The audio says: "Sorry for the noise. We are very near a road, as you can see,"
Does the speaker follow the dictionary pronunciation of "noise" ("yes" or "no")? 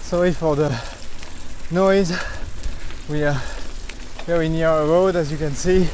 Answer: yes